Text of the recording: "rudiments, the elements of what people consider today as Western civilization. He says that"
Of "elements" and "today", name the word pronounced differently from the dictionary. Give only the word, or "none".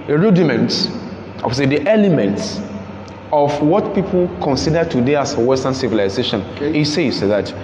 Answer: none